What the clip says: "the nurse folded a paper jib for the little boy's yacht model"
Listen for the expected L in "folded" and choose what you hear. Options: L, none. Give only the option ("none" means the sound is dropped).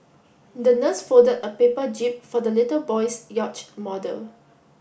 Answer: none